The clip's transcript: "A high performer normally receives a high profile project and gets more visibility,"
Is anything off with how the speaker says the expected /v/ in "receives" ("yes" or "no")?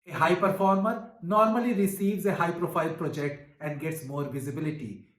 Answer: no